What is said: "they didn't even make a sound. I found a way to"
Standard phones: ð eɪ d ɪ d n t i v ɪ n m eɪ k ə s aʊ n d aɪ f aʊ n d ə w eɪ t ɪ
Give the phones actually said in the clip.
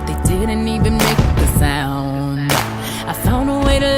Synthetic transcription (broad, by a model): ð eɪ d ɪ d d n i v ɪ n m eɪ k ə s aʊ n d aɪ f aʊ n ə w eɪ t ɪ